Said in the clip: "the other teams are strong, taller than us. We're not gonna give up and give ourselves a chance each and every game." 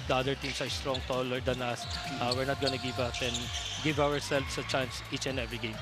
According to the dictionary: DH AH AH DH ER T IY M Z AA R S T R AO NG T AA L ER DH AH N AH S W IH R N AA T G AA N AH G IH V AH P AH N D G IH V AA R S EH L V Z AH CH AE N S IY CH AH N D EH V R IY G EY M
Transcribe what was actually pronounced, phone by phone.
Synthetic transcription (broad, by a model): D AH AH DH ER T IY M S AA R S T R AO NG T AA L ER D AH N AH S W IH R N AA T G AA N AH G IH V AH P AH N D G IH V AA R S EH L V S AH CH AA N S IY CH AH N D EH V R IY G EY M